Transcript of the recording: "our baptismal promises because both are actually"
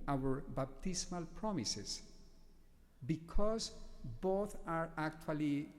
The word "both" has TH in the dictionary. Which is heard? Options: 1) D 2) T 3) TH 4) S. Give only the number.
2